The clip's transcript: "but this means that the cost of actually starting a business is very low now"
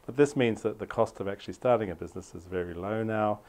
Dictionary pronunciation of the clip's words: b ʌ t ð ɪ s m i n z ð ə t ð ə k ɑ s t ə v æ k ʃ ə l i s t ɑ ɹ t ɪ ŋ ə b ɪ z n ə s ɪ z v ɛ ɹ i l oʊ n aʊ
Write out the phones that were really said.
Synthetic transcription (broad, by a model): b ʌ t ð ɪ s m i n z ð ə t ð ə k ɑ s t ə v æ k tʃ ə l i s t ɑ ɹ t ɪ ŋ ə b ɪ z n ə s ɪ z v ɛ ɹ i l oʊ n aʊ